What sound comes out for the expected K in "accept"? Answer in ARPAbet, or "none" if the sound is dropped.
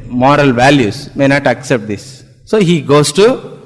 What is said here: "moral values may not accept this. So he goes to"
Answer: K